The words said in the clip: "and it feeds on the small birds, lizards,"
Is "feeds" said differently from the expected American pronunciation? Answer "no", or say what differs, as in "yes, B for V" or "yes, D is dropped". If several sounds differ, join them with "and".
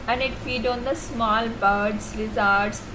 yes, Z is dropped